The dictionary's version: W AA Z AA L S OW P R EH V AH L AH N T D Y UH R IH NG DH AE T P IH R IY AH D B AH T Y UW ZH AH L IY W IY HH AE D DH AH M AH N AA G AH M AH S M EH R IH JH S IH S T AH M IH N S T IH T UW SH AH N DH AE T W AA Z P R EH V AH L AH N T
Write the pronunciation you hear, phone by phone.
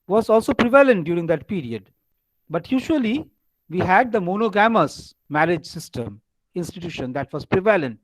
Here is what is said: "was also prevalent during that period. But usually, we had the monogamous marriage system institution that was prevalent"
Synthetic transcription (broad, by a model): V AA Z AA L S OW P R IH V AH L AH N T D Y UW R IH NG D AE T P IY R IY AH D B AH T Y UW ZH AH L IY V IY HH AE D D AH M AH N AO G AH M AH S M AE R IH JH S IH S T AH M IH N S T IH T UW SH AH N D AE T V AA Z P R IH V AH L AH N T